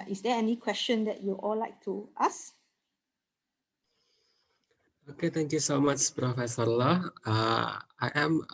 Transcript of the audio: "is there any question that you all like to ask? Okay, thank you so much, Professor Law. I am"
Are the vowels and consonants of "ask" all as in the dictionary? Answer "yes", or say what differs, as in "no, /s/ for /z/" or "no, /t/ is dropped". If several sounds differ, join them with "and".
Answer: no, /k/ is dropped